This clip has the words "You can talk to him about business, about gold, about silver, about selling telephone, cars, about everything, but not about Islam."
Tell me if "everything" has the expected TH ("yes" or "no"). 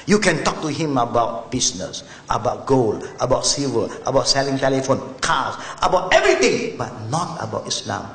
no